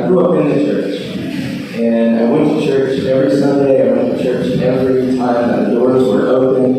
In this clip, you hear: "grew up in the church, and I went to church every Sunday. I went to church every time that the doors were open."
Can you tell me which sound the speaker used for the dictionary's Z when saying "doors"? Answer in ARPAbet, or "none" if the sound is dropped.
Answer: Z